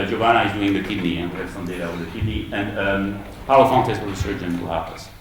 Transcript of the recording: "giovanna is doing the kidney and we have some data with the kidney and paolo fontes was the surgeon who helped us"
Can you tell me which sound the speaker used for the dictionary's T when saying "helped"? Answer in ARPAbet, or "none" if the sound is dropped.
none